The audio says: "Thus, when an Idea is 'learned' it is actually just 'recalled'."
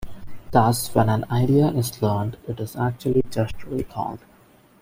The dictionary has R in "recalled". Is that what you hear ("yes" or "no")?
no